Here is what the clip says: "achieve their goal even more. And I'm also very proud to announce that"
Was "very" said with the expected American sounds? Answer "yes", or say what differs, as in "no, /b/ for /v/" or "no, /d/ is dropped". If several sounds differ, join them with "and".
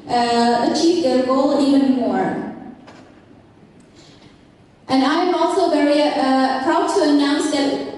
yes